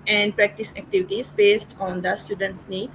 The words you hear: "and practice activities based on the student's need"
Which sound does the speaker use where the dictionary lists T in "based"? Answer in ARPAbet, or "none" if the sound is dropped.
T